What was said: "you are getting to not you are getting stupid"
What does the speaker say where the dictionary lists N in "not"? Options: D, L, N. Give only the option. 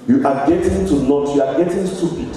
L